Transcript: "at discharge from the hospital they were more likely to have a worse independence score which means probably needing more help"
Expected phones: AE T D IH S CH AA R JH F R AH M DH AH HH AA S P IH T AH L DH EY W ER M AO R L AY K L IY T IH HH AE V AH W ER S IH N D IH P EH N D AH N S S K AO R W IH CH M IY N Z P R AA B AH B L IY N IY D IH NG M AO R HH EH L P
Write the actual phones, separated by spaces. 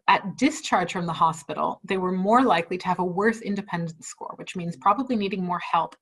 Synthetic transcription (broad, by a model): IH T D IH S CH AA R JH F R AH M DH AH HH AA S P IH T L DH EY W ER M AO R L AY K L IY T IH V AH W ER S IH N D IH P EH N D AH N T S K AO R W IH CH M IY N Z P R AA B AH B L IY N IY D IH NG M AO R HH EH L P